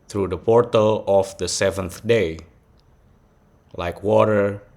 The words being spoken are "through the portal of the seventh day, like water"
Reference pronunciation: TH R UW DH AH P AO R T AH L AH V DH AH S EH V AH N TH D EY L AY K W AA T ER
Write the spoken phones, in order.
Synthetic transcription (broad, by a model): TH R UW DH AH P AO R T AH L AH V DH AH S EH V AH N TH D EY L AY K W AA T ER